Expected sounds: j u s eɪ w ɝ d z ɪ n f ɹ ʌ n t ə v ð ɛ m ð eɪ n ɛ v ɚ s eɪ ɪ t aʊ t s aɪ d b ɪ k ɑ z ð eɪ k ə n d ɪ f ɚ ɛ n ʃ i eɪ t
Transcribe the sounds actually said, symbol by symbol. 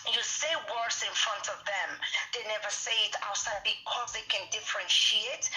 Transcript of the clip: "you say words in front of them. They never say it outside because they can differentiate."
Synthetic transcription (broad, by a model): j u s eɪ w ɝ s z ɪ n f ɹ ʌ n t ə v ð ɛ m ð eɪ n ɛ v ɚ s eɪ ɪ t aʊ t s aɪ d b ɪ k ɑ z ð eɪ k ə n d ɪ f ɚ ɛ n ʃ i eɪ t